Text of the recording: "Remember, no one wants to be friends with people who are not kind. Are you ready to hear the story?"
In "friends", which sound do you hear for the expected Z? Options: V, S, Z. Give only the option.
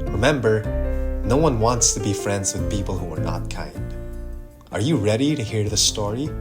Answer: Z